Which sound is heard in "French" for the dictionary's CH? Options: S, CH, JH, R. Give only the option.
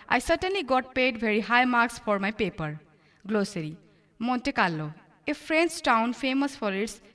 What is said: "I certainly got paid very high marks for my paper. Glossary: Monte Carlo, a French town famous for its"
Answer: S